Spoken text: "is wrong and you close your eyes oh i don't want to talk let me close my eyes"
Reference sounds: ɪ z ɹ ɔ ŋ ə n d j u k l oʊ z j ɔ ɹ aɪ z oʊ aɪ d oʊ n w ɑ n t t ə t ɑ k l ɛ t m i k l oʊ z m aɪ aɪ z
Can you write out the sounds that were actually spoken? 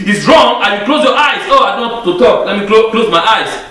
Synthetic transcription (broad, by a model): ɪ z ɹ ɔ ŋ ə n j u k l oʊ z j ɔ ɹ aɪ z oʊ aɪ d oʊ n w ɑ t t ə t ɑ k l ɛ t m i k l oʊ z m aɪ aɪ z